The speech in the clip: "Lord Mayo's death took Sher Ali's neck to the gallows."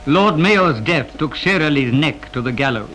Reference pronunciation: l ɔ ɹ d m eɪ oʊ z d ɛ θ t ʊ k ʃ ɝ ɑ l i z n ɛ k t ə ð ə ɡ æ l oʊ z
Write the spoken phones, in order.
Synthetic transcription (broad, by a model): l ɔ ɹ d m eɪ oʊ z d ɛ θ t ʊ k ʃ ɝ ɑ l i z n ɛ k t ə ð ə ɡ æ l oʊ